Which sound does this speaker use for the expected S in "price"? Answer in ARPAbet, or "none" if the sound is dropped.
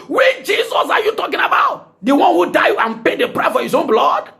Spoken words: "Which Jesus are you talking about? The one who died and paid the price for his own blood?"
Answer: none